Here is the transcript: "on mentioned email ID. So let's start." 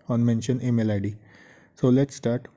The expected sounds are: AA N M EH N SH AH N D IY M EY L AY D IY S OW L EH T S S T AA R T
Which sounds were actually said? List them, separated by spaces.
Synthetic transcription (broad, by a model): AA N M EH N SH AH N IY M EY L AY D IY S OW L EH T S S T AA R T